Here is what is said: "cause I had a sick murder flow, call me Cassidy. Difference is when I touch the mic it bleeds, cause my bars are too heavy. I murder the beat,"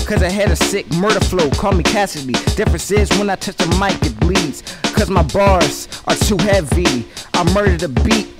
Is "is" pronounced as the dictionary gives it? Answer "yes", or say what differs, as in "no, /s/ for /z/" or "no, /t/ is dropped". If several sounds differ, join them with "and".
yes